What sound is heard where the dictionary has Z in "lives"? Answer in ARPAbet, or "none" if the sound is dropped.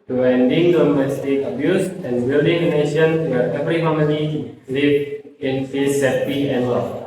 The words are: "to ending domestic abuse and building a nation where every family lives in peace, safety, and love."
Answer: none